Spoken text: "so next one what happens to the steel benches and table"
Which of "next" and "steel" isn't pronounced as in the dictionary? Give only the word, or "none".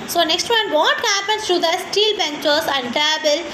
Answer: none